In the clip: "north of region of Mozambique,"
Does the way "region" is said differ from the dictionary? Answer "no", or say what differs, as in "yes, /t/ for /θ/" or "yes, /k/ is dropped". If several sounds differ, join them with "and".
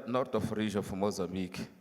yes, /ʒ/ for /dʒ/